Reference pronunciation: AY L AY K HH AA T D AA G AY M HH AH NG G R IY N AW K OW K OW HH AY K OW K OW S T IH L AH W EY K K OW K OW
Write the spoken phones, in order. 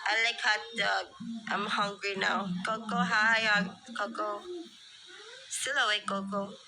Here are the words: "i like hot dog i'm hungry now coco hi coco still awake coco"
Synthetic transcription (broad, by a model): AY L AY K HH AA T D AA AY M HH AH NG G R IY N AW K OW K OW HH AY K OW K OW S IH L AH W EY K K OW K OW